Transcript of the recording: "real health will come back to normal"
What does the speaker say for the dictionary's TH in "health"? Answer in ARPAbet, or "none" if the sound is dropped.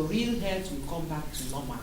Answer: T